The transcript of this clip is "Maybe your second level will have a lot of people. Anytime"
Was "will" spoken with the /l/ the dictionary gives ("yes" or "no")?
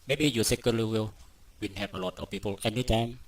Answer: no